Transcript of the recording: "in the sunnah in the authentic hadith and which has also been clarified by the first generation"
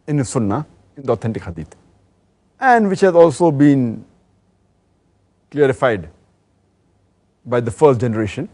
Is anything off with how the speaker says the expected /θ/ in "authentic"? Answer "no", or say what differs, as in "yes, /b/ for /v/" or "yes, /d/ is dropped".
yes, /t/ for /θ/